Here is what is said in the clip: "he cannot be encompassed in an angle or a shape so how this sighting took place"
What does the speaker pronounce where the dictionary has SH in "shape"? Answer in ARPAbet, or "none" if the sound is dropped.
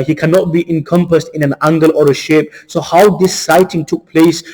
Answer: SH